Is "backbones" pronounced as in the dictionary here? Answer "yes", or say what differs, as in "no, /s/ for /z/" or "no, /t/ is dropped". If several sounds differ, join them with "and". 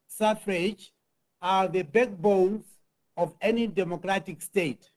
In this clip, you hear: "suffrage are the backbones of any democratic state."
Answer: no, /l/ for /n/